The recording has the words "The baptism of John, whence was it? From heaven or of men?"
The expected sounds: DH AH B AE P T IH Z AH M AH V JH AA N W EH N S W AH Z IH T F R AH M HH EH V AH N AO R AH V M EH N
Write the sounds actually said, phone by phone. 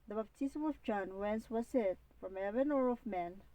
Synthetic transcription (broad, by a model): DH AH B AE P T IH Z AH M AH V JH AA N W EH N S W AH S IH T F R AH M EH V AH N AO R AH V M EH N